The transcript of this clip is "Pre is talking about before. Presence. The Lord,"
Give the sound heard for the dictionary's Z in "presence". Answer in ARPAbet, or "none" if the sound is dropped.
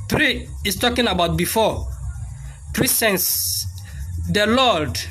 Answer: S